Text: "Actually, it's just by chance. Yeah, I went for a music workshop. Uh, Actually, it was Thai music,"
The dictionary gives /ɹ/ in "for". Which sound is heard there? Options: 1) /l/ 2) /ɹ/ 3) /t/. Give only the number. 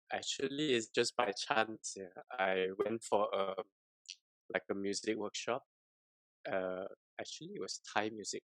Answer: 1